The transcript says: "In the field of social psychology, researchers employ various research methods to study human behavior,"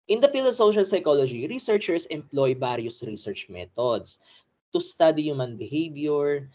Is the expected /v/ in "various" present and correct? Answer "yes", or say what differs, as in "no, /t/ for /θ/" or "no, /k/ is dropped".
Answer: no, /b/ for /v/